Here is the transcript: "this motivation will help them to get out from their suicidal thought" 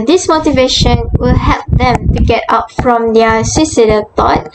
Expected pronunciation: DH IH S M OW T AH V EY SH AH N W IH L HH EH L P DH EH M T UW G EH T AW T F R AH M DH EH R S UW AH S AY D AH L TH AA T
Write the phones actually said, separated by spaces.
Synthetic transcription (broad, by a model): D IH S M OW T AH V EY SH AH N W IH L HH EH L P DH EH M T UW G EH T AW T F R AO M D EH S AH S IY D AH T AA T